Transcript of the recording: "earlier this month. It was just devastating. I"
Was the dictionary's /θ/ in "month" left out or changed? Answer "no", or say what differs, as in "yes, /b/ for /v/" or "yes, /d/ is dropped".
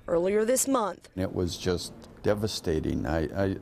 no